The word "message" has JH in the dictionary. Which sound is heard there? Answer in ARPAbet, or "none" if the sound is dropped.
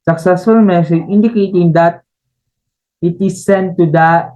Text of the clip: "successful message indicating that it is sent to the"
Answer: none